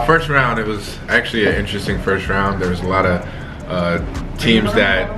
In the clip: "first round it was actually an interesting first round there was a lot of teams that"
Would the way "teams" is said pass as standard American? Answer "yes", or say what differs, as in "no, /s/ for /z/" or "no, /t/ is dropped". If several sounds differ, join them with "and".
yes